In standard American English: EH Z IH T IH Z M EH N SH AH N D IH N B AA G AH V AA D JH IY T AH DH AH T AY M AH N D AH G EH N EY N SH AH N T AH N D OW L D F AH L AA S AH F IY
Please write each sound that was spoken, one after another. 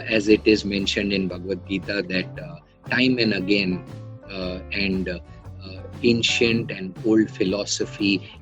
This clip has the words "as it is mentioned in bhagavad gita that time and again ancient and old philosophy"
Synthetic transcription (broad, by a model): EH Z IH T IH Z M EH N SH AH N D IH N B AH G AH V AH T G IY T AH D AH T AY M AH N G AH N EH N EY N SH AH N T AH N D OW L D F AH L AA S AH F IY